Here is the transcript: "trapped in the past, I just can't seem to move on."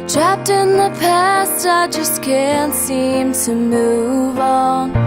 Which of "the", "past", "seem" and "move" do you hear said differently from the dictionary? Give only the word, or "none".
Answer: none